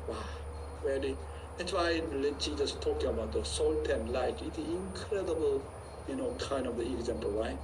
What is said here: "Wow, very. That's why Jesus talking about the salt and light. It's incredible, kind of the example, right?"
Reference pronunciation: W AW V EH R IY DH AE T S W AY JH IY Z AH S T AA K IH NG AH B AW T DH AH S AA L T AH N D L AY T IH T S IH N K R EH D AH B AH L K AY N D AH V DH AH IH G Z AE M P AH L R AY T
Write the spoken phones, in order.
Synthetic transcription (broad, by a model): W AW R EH L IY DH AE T S W AY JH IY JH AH S T AA K IH NG AH B AW T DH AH S AA L T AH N L AY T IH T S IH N K R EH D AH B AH L K AY N D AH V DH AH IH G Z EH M P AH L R AY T